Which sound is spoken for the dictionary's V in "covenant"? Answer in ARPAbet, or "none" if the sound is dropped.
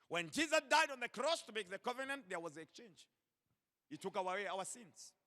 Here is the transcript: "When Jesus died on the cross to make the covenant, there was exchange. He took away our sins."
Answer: V